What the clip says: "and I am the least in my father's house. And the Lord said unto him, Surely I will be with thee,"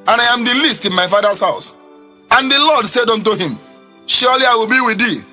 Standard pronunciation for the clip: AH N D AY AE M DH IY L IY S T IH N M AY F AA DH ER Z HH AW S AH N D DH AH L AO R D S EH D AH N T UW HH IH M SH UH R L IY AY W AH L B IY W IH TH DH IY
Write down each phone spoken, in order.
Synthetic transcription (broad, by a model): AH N AY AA M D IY L IY S T IH N M AY F AA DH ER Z HH AW S AH N D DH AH L AO D S EH D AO N T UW HH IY M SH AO L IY AY W AH L B IY W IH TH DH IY